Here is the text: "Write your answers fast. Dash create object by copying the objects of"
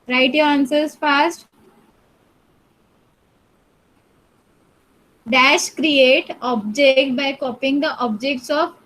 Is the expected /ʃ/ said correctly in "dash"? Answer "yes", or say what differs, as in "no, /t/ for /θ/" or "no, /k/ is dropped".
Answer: yes